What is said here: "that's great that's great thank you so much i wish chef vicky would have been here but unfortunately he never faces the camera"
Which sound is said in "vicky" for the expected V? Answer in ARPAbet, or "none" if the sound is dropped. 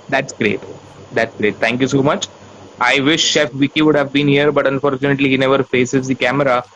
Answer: V